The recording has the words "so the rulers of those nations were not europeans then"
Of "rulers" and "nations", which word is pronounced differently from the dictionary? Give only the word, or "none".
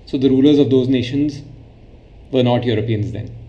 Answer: none